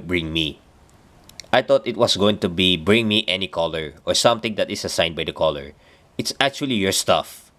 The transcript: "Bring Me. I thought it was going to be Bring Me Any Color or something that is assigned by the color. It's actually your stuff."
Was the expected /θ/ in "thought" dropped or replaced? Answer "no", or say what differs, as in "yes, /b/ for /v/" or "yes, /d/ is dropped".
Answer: yes, /t/ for /θ/